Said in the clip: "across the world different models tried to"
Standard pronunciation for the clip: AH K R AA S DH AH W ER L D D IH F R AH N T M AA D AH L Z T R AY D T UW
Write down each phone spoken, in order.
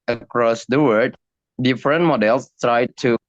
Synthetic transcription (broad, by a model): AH K R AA S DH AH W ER D D IH F R AH N T M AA D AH L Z T R AY D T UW